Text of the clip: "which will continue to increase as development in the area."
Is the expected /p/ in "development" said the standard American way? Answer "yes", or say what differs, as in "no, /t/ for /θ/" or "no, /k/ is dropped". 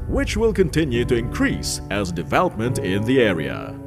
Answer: yes